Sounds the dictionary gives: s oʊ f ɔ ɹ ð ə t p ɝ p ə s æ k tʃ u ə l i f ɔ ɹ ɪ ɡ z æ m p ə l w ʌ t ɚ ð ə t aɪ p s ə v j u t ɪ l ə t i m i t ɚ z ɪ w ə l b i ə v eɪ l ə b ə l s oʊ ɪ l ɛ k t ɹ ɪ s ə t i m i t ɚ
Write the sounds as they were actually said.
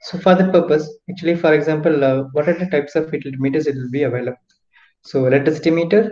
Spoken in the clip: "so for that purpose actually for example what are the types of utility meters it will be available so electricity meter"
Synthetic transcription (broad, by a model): s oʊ f ɔ ɹ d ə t p ɝ p ə s æ k tʃ u ə l i f ɔ ɹ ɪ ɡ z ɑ m p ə l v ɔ t ɚ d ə t aɪ p s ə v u t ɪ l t m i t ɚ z ɪ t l b i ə v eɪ l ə b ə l s oʊ l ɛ t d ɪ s t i m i t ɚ